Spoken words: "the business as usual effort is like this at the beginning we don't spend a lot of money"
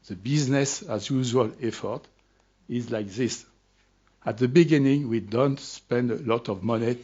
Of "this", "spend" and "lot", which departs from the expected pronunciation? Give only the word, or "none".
none